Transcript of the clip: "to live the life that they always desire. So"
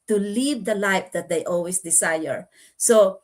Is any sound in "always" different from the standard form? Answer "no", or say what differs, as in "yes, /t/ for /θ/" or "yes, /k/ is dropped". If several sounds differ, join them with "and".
yes, /s/ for /z/